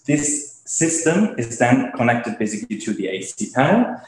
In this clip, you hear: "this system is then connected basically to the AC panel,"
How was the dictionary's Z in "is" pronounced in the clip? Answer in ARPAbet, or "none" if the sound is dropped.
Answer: Z